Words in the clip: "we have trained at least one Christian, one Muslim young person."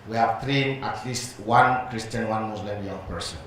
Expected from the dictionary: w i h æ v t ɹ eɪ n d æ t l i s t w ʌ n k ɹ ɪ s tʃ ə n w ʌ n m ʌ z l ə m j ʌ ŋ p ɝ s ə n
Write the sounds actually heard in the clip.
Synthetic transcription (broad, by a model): w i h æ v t ɹ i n æ t l i s t w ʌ n k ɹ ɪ s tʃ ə n w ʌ n m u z l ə m j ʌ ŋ p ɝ s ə n